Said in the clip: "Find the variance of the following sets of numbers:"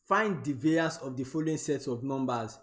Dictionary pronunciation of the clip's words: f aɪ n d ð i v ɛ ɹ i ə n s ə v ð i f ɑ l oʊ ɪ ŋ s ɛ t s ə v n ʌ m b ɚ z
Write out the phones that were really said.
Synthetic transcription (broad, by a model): f aɪ n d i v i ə s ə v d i f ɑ l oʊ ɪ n s ɛ t s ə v n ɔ m b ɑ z